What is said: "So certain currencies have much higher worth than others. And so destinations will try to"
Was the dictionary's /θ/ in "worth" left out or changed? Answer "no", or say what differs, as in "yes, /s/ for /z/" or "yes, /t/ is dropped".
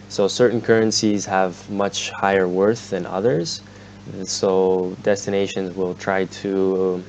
no